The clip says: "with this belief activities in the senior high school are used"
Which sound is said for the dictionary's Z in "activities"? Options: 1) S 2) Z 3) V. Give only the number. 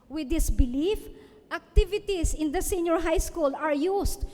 1